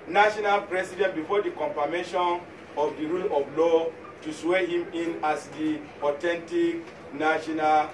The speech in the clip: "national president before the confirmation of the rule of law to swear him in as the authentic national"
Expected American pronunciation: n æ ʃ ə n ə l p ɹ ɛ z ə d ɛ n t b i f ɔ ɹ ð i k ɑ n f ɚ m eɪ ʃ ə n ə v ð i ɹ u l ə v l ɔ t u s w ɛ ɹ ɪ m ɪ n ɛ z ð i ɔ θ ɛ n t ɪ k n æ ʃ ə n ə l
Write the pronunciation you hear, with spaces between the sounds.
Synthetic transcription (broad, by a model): n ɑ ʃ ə n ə l p ɹ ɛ s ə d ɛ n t b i f ɔ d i k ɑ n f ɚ m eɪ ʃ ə n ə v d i ɹ u l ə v l ɔ t u s w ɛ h ɪ m ɪ n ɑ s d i ɔ t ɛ n t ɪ k n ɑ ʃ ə n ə l